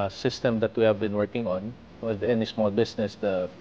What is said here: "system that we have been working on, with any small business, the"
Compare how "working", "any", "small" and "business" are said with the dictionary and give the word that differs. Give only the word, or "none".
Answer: business